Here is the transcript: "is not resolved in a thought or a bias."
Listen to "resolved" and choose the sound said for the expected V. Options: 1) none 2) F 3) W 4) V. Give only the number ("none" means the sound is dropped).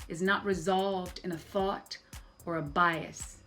4